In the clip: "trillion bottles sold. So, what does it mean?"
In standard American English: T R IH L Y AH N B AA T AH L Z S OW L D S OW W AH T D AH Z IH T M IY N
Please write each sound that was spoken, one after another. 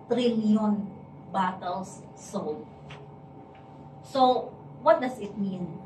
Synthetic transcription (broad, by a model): T R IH L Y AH N B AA T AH L S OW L S OW W AH T D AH S IH T M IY N